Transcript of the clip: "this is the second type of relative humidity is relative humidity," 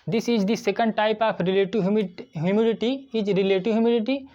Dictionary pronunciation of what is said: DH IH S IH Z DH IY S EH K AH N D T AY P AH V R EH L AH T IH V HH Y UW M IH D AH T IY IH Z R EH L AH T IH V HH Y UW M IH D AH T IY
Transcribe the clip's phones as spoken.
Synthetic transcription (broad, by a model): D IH S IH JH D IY S EH K AH N D T AY P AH P R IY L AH T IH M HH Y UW M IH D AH T IY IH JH R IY L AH T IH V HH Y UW M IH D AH T IY